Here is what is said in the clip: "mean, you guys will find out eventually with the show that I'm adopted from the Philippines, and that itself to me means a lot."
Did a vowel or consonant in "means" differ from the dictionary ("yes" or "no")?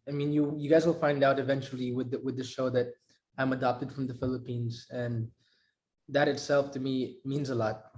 no